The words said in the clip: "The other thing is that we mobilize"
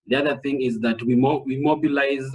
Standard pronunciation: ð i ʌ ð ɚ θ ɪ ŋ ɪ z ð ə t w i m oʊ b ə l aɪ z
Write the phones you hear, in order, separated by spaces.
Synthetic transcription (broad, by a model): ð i ʌ ð ɚ θ ɪ ŋ ɪ z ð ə t w i m oʊ b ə l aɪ z